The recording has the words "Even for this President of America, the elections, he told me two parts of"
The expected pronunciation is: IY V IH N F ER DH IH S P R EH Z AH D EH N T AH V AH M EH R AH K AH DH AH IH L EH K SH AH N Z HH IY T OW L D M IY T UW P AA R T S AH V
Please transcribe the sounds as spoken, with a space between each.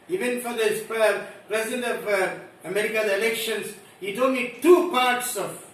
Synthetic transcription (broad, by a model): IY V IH N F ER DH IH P P R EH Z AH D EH N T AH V AH M EH R AH K AH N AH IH L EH K SH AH N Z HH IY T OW N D T UW P AA R T S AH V